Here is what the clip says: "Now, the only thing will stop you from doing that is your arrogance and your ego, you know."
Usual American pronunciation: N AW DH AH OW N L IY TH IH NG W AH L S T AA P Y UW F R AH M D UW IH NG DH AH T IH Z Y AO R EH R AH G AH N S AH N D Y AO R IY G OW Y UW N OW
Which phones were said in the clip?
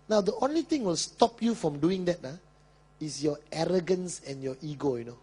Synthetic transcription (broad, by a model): N AW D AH OW N L IY T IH NG W AH L S T AA P Y UW F R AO M D UW IH NG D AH T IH S Y AO EH R AH G AH N S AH N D Y AO IY G OW Y UW N OW